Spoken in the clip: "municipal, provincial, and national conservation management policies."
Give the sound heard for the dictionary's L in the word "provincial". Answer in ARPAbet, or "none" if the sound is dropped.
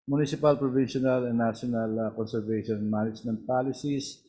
N